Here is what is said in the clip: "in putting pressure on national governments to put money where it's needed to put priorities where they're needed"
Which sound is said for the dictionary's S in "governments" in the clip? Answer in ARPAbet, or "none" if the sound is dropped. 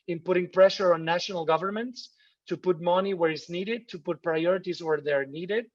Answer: S